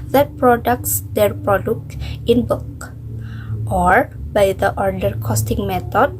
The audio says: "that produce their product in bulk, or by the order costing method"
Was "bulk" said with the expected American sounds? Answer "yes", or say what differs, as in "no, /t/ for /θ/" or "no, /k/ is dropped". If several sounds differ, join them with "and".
no, /l/ is dropped